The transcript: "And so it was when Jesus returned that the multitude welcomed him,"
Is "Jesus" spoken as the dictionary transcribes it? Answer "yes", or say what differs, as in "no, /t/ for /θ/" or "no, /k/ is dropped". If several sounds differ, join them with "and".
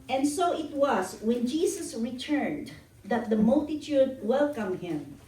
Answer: no, /s/ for /z/